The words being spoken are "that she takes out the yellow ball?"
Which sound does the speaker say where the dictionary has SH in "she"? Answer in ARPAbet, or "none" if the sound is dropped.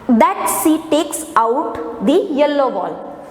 S